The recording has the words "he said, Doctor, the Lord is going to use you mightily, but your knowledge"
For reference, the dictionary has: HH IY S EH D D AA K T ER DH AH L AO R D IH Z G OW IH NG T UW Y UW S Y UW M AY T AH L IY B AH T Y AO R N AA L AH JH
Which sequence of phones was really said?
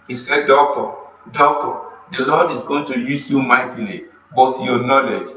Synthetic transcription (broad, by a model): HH IY S EH D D AA K T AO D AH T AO L D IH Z G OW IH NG T UW Y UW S Y UW M AY T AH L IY B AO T Y AO N AA L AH JH